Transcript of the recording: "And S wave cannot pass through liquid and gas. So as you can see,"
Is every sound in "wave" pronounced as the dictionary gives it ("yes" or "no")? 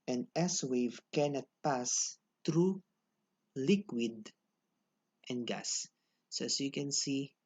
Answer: yes